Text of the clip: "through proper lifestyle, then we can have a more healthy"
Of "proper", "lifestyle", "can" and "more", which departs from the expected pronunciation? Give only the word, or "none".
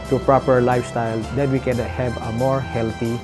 none